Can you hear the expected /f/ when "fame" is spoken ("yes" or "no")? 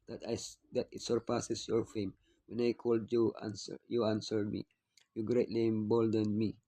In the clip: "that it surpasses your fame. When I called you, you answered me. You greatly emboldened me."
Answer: yes